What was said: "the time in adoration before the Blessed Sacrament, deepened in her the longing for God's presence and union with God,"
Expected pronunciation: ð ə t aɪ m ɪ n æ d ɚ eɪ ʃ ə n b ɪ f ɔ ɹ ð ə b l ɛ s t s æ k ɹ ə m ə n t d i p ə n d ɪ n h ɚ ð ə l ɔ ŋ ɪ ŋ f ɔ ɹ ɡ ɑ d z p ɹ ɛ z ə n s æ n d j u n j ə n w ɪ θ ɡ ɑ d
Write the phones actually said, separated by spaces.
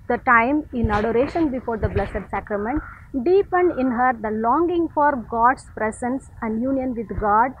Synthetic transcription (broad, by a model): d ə t aɪ m ɪ n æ d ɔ eɪ ʃ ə n b ɪ f ɔ ɹ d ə b l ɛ s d s æ k ɹ ə m ə n t d i p ə n d ɪ n h ɚ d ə l ɔ ŋ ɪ ŋ f ɔ ɹ ɡ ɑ d s p ɹ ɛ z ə n s æ n d j u n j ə n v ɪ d ɡ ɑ d